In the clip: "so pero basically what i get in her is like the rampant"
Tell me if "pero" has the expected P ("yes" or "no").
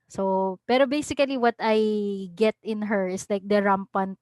yes